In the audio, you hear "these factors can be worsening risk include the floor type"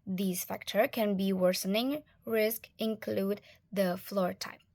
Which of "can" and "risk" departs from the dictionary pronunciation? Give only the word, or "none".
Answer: none